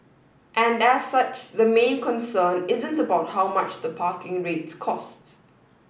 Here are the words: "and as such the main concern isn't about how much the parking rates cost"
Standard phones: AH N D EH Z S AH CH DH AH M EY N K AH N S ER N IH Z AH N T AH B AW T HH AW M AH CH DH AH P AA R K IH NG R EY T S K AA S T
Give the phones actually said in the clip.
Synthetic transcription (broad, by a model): AH N D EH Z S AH CH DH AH M EY N K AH N S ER N IH Z AH N T AH B AW T HH AW M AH CH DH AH P AA K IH NG R EY T S K AA S T